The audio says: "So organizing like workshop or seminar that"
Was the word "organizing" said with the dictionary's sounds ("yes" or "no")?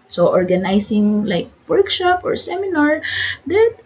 no